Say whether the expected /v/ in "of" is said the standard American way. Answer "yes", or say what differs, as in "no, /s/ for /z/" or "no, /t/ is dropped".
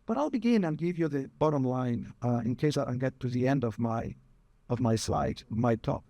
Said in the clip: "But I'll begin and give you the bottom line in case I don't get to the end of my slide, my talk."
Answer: yes